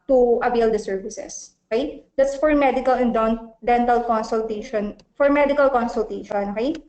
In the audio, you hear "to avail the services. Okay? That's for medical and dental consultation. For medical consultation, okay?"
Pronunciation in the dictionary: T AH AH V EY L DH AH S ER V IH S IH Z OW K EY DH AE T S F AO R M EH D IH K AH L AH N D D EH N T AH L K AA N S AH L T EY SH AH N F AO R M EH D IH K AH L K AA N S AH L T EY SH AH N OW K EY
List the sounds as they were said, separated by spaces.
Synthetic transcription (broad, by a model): T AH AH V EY L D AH S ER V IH S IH S OW K EY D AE T S F AO R M EH D IH K AH L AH N D D EH N T AH L K AA N S AH L T EY SH AH N F AO R M EH D IH K AH L K AA N S AH L T EY SH AH N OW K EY